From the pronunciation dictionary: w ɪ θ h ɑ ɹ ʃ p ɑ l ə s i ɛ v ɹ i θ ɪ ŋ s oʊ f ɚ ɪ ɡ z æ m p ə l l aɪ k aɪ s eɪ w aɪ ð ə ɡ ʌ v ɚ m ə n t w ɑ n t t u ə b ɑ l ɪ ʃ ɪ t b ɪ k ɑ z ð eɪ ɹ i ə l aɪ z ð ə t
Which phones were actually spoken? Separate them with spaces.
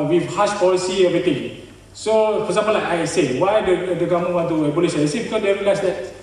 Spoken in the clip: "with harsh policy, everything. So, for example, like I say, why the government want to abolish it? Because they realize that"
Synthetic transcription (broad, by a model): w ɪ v h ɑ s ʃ p ɑ l ə s i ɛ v ɹ i t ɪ ŋ s oʊ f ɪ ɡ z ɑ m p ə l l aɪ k aɪ s eɪ w aɪ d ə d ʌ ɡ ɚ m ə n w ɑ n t t u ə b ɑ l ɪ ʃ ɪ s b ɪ k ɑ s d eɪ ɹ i l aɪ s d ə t